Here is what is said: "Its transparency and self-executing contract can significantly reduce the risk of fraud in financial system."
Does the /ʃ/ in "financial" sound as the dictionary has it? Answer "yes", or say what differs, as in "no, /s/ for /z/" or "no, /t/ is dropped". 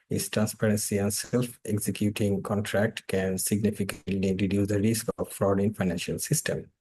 yes